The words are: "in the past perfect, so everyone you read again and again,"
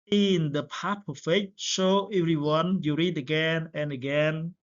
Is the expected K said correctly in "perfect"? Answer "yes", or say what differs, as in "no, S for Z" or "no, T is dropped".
no, K is dropped